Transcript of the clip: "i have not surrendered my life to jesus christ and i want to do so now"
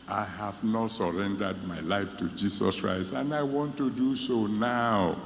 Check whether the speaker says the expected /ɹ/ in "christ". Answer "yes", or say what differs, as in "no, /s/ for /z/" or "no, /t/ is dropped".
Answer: yes